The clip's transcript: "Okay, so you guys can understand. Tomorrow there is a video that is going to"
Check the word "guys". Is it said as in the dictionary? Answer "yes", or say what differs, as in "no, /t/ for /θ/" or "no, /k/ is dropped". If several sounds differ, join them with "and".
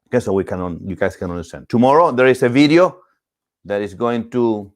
no, /s/ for /z/